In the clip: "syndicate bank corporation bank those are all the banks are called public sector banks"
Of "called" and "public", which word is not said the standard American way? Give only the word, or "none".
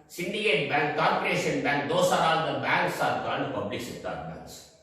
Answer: called